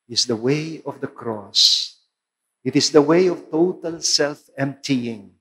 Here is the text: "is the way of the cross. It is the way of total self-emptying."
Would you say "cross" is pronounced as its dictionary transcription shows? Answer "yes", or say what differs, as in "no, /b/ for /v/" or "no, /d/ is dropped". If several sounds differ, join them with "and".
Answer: yes